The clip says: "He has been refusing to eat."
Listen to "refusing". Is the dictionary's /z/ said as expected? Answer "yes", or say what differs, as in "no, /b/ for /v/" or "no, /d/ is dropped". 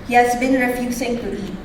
no, /s/ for /z/